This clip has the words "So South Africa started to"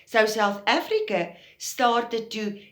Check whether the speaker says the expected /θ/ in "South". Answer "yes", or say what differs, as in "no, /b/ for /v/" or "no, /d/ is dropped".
yes